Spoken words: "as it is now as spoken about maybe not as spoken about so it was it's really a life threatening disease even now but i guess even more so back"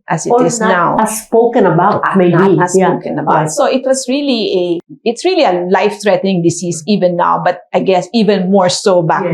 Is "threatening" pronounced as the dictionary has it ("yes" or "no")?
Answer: no